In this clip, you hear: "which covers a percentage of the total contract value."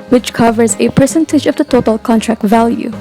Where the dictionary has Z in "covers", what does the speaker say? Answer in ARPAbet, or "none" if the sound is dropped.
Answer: Z